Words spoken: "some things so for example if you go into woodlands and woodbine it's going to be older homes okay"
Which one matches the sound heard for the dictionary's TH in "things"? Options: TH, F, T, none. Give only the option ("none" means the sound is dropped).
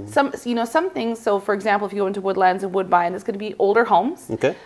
TH